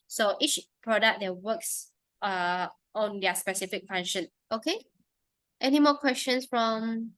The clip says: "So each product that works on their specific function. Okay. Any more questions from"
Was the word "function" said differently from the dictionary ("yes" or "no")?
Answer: yes